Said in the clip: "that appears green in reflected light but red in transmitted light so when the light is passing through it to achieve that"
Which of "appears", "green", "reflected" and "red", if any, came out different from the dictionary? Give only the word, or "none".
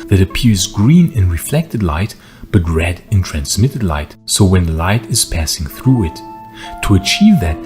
none